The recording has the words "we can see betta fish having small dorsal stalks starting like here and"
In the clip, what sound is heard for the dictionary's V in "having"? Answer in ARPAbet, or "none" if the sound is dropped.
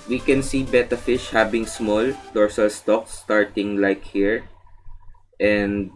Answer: B